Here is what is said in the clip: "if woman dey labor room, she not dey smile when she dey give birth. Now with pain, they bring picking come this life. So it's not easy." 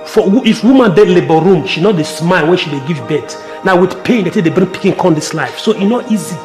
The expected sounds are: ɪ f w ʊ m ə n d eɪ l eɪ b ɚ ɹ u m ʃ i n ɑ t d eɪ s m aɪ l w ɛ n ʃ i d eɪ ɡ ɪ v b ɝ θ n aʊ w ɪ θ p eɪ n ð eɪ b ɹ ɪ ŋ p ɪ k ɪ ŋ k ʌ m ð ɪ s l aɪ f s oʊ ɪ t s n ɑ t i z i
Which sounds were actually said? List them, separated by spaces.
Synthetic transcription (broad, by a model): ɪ f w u m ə n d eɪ l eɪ b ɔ ɹ u m ʃ i n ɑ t d eɪ s m aɪ l w ɛ n ʃ i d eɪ ɡ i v b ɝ t n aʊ w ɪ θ p eɪ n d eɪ b ɹ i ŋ p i k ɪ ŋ k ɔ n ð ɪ s l aɪ f s oʊ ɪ n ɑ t i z i